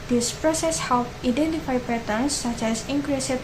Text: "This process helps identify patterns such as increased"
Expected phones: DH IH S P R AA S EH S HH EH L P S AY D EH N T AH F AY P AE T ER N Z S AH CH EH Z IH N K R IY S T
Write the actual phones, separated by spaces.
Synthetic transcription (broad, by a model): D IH S P R AA S EH S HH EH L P AY D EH N T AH F AY P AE T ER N S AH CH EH S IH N K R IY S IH